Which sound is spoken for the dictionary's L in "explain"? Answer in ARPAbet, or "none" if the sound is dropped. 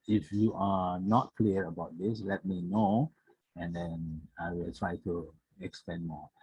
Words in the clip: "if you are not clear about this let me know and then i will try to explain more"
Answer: none